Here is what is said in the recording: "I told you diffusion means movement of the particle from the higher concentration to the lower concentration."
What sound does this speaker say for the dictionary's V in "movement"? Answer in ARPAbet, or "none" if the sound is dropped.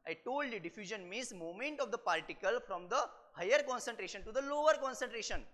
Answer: none